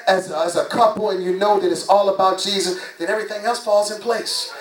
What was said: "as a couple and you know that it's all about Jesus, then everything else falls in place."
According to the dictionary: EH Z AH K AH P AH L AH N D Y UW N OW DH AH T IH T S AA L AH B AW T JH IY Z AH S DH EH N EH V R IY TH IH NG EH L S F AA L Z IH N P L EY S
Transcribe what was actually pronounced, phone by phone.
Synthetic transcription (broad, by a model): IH Z AH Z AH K AH L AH N Y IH N OW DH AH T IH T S AA L AH B AW T JH IY Z AH S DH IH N EH V R IY TH IH NG EH L S F AA L Z IH N P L EY S